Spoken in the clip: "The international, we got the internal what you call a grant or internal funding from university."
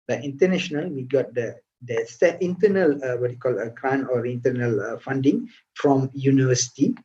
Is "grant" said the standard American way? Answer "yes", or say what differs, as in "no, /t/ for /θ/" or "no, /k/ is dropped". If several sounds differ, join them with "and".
no, /t/ is dropped